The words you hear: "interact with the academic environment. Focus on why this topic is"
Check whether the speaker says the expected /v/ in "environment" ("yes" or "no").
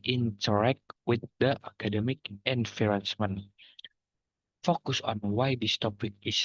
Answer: no